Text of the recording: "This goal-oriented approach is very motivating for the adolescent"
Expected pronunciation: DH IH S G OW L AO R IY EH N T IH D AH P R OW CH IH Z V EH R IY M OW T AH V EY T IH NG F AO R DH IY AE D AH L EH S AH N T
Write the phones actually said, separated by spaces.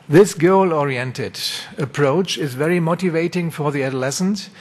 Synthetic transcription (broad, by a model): DH IH S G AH L AO R IY EH N T IH D AH P R OW CH IH Z V EH R IY M OW T AH V EY T IH NG F AO R DH IY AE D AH L EH S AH N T